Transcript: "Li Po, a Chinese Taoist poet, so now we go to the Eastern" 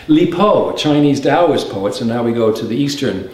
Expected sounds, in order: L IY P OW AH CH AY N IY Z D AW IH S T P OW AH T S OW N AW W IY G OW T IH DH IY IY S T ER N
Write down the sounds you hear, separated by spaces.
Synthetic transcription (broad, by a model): L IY P OW AH CH AY N IY Z D AW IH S P OW AH T S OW N AW W IY G OW T IH DH IY IY S T ER N